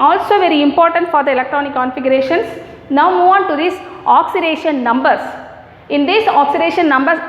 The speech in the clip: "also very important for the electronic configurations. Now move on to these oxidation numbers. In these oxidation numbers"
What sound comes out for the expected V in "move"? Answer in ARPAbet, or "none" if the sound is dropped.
none